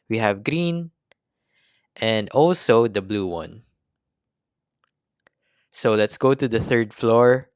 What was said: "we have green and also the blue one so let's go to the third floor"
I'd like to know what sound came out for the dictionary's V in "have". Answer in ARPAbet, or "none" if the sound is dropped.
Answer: V